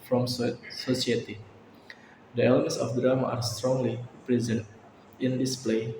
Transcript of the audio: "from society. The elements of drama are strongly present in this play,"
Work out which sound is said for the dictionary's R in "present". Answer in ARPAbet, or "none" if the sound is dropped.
R